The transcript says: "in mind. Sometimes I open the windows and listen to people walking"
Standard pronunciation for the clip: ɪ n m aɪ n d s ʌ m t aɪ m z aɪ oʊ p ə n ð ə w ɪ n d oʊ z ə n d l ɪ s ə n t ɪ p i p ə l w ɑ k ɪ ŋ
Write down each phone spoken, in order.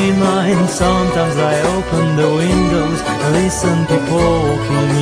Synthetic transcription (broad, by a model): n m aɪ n s ʌ m t aɪ m z aɪ oʊ p ə n ð ə w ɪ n d oʊ ə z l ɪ s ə n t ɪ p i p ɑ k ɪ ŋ